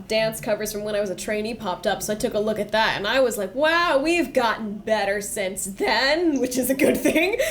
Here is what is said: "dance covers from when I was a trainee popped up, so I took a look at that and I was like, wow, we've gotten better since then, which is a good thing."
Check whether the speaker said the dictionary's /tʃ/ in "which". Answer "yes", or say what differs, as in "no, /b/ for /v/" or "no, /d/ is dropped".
yes